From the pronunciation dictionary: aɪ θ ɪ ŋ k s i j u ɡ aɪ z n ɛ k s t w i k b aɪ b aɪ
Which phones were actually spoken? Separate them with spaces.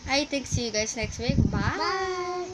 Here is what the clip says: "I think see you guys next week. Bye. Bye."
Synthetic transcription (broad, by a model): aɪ t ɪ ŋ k s i j u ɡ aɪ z n ɛ k s t w i k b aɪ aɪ